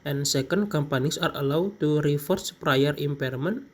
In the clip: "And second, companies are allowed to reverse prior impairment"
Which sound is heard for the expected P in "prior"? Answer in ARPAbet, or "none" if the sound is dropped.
P